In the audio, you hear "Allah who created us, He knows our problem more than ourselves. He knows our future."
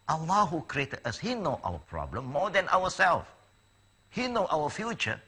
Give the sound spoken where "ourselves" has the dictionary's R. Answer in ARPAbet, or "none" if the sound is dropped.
W